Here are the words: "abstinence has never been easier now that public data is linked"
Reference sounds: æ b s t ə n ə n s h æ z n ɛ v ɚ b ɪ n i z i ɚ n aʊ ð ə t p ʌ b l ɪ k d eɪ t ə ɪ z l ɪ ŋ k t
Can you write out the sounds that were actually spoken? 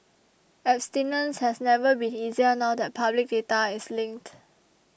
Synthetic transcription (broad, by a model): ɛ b s t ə n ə n s h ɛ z n ɛ v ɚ b ɪ n i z i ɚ n aʊ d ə t p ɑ b l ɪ k d eɪ t ə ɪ s l ɪ ŋ k t